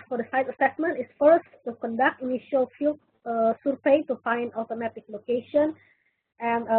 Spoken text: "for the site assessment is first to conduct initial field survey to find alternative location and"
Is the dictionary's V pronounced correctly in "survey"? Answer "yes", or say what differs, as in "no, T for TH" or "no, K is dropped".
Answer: no, P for V